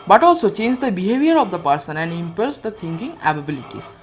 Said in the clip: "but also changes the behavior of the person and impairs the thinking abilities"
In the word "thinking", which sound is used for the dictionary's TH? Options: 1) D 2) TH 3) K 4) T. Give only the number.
4